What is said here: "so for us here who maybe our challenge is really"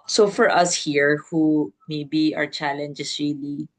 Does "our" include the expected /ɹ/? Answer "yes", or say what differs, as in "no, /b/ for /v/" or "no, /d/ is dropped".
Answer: yes